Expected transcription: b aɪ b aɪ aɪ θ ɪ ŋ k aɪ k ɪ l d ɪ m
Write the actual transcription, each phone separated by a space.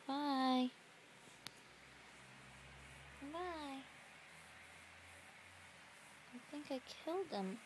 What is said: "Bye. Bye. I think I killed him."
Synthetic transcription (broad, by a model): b aɪ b aɪ aɪ θ ɪ ŋ k aɪ k ɪ l d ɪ m